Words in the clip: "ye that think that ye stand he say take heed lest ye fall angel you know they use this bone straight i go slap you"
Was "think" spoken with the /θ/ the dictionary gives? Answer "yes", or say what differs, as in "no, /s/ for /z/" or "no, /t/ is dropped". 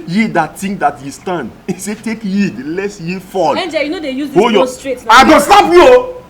no, /t/ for /θ/